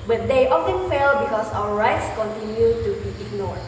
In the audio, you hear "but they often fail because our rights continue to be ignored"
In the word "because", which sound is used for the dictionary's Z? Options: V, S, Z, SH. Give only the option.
S